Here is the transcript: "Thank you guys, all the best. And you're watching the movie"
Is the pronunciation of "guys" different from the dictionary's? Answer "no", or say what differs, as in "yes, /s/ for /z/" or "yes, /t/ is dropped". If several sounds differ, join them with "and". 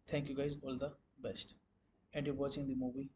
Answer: no